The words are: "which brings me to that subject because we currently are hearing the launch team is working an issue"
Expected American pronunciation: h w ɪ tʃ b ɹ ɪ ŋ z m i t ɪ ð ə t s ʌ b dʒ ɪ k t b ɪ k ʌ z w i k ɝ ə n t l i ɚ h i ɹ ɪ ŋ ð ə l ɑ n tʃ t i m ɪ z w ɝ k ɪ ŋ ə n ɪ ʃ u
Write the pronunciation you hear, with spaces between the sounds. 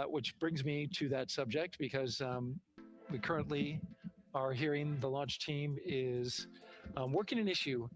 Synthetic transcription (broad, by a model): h w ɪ tʃ b ɹ ɪ ŋ z m i t ɪ ð ə t s ʌ b dʒ ɪ k t b ɪ k ʌ z w i k ɝ ə n t l i ɚ h i ɹ ɪ ŋ ð ə l ɑ n tʃ t i m ɪ z w ɝ k ɪ ŋ ə n ɪ ʃ u